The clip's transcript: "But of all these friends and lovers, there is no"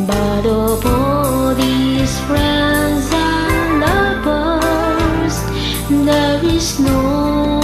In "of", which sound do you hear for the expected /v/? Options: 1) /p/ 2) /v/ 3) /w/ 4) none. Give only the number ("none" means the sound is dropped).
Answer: 1